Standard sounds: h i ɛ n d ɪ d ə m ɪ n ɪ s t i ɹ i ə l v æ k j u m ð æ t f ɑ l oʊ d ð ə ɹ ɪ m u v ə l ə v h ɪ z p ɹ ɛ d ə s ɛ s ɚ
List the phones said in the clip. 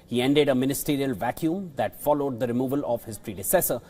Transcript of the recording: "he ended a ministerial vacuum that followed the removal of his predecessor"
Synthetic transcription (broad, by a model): h i ɛ n d ɪ d ə m ɪ n ɪ s t i ɹ i ə l v æ k j u m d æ t f ɑ l oʊ d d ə ɹ ɪ m u v ə l ə v h ɪ z p ɹ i d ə s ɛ s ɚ